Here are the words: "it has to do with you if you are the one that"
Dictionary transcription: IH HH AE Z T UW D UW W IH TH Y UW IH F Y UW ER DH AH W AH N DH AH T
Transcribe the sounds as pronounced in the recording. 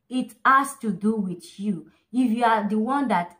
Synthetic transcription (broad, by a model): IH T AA S T UW D UW W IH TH Y UW IH F Y UW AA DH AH W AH N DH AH T